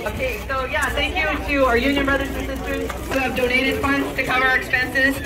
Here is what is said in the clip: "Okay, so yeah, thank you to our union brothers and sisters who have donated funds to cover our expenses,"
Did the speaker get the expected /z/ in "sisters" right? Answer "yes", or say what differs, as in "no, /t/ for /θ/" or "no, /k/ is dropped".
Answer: no, /z/ is dropped